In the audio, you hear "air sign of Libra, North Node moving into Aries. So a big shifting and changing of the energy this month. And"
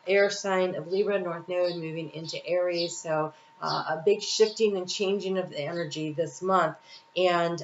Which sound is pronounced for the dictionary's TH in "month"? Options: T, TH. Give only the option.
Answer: TH